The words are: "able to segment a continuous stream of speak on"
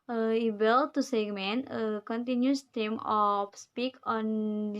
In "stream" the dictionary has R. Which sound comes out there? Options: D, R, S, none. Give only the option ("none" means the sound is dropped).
none